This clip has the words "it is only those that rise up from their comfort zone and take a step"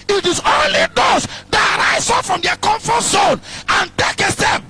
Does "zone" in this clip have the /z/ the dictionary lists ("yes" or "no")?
no